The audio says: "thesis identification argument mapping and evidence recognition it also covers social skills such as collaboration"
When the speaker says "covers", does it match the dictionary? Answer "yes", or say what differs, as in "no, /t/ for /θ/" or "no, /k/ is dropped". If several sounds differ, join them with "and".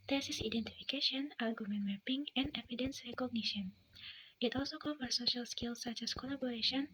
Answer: no, /f/ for /v/